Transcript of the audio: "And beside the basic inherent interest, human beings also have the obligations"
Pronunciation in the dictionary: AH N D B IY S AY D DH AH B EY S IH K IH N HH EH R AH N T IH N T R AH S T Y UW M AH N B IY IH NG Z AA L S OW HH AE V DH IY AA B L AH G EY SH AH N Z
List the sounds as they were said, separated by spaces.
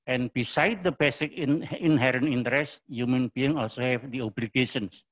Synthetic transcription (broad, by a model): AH N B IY S AY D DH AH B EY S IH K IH N HH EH R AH N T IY N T R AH S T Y UW M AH N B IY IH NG AA L S OW HH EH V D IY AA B L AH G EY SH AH N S